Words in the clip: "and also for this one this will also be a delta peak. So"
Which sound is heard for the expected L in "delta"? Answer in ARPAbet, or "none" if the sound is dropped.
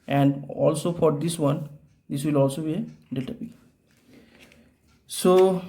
none